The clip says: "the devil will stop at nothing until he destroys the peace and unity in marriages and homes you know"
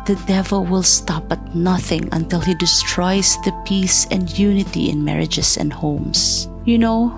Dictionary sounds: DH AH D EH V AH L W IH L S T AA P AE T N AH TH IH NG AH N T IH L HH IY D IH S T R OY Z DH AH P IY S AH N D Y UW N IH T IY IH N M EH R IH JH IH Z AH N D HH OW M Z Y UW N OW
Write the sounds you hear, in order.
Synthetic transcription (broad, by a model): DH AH D EH V AH L W IH L S T AA P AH T N AH TH IH NG AH N T IH L HH IY D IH S T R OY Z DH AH P IY S AH N D Y UW N IH T IY IH N M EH R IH JH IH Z AH N D HH OW M S Y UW N OW